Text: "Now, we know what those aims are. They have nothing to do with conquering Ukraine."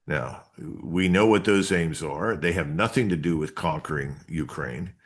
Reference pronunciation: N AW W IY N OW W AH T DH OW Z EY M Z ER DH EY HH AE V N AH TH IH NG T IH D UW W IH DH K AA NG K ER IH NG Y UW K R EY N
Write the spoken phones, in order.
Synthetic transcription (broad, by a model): N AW W IY N OW W AH T DH OW Z EY M Z ER DH EY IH V N AH TH IH NG T IH D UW W IH DH K AA NG K ER IH NG Y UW K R EY N